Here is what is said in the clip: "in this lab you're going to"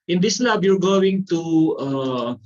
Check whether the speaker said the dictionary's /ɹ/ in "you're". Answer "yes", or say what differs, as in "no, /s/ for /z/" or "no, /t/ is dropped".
yes